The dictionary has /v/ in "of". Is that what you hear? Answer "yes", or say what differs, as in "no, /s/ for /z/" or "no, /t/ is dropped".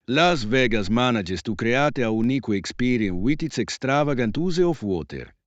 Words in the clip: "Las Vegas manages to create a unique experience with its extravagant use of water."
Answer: no, /f/ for /v/